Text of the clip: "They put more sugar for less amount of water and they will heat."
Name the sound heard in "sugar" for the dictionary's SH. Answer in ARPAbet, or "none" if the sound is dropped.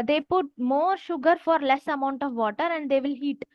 SH